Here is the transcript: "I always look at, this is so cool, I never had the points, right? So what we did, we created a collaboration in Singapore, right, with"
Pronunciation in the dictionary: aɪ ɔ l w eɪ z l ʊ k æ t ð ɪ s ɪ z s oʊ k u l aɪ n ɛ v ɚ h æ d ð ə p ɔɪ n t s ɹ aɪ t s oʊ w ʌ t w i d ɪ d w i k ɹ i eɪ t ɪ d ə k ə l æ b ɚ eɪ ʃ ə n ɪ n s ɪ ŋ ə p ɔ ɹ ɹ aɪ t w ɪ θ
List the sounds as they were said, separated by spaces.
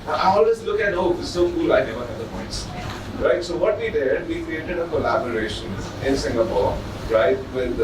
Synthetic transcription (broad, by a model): aɪ ɔ l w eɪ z l ʊ k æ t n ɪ ɪ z s oʊ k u l aɪ n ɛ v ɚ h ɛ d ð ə p ɔɪ n t s ɹ aɪ t s oʊ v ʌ t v i d ɪ d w i k ɹ i eɪ t ɪ d ə k ə l æ b ɚ eɪ ʃ ə n ɪ n s ɪ ŋ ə p ɔ ɹ ɹ aɪ t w ɪ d